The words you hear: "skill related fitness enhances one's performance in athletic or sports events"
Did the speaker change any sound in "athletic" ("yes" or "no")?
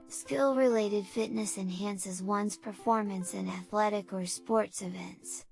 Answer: no